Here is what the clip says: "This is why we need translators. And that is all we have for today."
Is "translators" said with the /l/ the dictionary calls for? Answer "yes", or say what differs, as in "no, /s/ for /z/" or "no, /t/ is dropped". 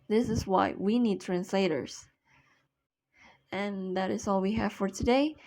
yes